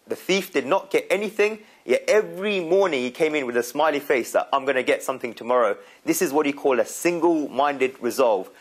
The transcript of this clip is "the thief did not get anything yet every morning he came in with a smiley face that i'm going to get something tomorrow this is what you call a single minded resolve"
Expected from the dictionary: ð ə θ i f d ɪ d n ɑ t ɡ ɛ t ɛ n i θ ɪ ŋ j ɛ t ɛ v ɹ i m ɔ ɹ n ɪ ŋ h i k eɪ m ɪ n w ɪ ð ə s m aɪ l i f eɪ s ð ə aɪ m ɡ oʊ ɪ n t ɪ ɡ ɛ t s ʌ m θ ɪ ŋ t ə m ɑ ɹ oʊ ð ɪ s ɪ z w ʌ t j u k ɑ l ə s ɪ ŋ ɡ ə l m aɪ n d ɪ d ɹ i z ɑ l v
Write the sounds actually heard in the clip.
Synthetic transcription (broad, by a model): ð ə θ i f d ɪ d n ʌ t ɡ ɛ t ɛ n i θ ɪ ŋ j ɛ t ɛ v ɹ i m ɔ ɹ n ɪ ŋ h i k eɪ m ɪ n w ɪ ð ə s m aɪ l i f eɪ s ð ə aɪ m ɡ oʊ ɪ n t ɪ ɡ ɛ t s ʌ m θ ɪ ŋ t ə m ɑ ɹ oʊ ð ɪ s ɪ z w ʌ t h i k ɑ l ə s ɪ ŋ ɡ ə l m aɪ n d ɪ d ɹ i z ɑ l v